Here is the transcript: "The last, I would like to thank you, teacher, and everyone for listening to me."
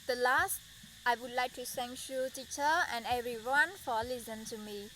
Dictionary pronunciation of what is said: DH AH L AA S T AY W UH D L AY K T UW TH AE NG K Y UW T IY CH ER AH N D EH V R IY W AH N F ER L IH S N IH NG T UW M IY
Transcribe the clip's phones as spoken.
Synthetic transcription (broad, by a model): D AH L AA S T AY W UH D L AY K T UW S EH NG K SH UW T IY CH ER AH N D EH V R IY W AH N F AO L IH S IH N T UW M IY